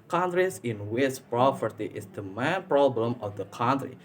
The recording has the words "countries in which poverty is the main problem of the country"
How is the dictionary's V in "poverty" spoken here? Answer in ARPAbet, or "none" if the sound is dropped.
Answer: P